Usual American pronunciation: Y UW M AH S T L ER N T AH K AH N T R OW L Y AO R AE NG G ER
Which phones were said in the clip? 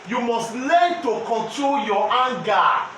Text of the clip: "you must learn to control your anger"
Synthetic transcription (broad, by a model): Y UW M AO S T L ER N T AH K AH N T R OW L Y AO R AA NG G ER